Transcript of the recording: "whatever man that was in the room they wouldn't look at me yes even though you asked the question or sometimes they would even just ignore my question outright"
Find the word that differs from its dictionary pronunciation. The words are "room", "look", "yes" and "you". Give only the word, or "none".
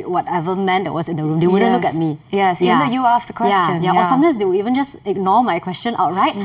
none